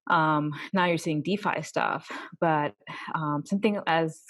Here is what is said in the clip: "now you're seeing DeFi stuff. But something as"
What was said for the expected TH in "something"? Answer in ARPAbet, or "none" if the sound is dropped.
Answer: TH